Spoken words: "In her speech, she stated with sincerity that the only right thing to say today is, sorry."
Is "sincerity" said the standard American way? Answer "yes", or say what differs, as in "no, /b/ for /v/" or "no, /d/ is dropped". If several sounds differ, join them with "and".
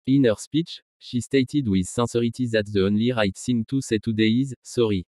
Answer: no, /n/ is dropped